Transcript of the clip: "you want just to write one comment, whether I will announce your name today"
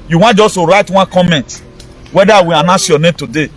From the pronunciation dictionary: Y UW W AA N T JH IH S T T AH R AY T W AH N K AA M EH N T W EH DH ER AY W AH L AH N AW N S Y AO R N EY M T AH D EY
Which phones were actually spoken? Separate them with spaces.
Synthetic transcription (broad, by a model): Y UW W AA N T JH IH S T T AH R AY T W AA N K AA M EH N T W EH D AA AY W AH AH N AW S Y AO N EY M T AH D EY